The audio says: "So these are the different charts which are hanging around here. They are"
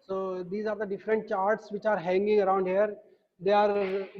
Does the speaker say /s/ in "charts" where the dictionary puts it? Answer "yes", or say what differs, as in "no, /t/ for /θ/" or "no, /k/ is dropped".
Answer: yes